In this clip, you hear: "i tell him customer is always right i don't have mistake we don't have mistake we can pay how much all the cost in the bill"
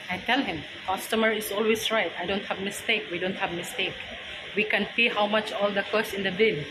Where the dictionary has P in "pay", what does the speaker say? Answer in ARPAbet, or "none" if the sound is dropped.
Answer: F